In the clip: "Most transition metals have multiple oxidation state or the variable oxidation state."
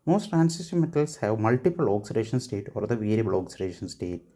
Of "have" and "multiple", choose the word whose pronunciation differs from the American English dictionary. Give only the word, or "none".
none